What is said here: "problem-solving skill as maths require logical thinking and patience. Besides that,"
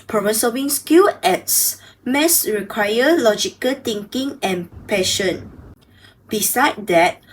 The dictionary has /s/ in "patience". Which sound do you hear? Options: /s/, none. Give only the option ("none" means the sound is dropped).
none